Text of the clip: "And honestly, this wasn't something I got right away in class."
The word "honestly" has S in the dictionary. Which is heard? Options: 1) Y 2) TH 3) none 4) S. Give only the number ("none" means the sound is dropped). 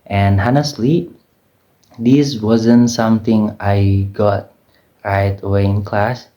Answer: 4